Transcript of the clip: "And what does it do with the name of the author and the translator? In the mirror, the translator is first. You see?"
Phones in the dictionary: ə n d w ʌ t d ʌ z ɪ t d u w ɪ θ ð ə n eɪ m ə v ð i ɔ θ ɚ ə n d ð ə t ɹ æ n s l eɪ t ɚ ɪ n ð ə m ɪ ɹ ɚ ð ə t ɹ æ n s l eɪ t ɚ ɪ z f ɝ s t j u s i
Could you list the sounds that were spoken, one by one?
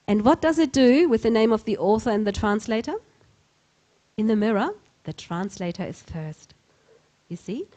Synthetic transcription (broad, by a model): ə n w ʌ t d ʌ z ɪ t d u w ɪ ð ə n eɪ m ə v ð i ɔ θ ɚ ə n ð ə t ɹ æ n s l eɪ t ɚ ɪ n ð ə m ɪ ɹ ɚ ð ə t ɹ æ n s l eɪ t ɚ ɪ z f ɝ s t j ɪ s i